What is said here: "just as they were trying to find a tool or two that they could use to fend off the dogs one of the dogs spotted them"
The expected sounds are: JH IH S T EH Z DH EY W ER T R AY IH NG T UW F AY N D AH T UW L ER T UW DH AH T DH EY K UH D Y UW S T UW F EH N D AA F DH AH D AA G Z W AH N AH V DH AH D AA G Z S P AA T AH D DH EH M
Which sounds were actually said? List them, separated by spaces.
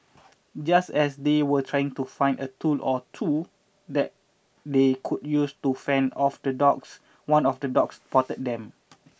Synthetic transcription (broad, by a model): JH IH S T EH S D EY W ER T R AY IH NG T UW F AY N D AH T UW L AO T UW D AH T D EY K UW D Y UW S T UW F EH N D AA F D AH D AA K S W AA N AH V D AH D AA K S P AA T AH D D EH M